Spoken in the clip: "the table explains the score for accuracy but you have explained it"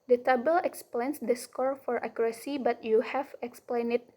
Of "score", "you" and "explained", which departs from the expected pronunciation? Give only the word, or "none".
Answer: explained